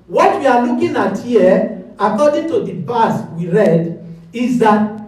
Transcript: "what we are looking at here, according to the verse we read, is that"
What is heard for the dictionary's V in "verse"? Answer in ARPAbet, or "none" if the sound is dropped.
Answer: P